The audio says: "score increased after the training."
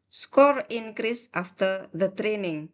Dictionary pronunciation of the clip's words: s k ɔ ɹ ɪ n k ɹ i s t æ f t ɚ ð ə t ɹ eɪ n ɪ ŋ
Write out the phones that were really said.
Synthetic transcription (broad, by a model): s k ɔ ɹ ɪ n k ɹ i s t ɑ f t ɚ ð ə t ɹ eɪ n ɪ ŋ